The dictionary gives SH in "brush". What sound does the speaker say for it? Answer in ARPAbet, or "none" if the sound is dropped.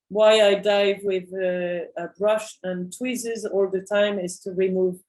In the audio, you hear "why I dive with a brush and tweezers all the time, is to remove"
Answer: SH